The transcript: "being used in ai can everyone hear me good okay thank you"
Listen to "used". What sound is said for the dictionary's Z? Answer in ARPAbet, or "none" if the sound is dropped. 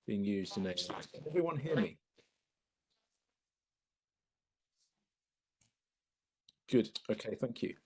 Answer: Z